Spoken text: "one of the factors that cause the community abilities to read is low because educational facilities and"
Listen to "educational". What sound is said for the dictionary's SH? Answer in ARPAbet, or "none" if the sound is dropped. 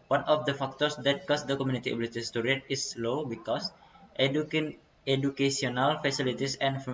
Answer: S